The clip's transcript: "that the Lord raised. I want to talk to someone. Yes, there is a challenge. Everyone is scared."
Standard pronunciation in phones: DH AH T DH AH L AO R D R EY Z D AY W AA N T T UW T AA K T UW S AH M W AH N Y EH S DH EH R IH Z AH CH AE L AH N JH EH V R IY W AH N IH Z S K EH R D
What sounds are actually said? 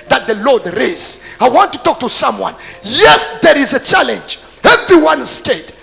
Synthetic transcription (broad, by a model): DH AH T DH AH L AO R D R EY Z AY W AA N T T UW T AA K T UW S AH M W AH N Y EH S DH EH R IH Z AH CH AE L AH N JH EH V R IY W AH N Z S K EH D